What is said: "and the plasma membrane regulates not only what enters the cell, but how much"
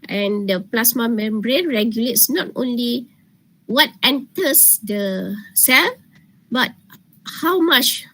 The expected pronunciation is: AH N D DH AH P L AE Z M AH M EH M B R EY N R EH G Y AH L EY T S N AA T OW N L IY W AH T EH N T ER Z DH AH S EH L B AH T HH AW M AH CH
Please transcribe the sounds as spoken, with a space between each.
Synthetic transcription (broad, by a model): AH N D AH P L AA S M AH M EH M B R EY N R EH G Y AH L EY T S N AA T OW N L IY W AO T EH N T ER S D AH S EH L B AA T HH AW M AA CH